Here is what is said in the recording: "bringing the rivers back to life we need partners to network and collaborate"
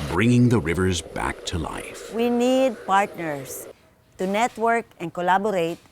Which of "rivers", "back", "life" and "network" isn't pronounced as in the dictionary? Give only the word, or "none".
none